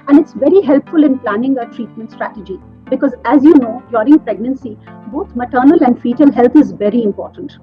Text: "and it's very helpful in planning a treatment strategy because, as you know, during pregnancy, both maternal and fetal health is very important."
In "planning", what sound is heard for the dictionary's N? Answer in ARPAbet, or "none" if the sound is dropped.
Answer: N